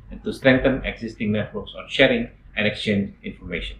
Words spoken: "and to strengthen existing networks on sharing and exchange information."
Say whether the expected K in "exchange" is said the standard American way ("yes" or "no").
yes